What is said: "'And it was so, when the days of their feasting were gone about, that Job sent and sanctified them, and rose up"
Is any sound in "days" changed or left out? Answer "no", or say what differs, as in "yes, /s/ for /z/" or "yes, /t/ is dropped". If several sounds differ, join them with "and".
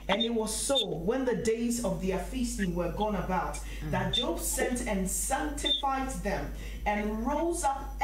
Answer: no